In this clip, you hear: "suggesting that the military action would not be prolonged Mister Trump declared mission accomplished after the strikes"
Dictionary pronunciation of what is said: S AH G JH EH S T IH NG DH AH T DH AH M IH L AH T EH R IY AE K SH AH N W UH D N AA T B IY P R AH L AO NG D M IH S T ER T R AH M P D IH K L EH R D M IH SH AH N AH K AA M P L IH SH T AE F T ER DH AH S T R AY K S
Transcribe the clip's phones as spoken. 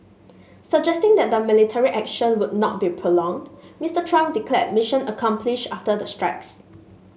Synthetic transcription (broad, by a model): S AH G JH EH S T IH NG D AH T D AH M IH L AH T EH R IY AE K SH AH N W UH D N AA T B IY P R AH L AO NG D M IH S T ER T R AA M D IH K L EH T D M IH SH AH N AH K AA M P L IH SH AA F T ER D AH S T R AY K S